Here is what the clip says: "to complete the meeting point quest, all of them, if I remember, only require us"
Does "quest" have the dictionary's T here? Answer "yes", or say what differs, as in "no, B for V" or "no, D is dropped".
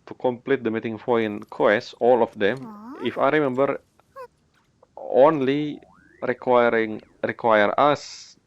no, T is dropped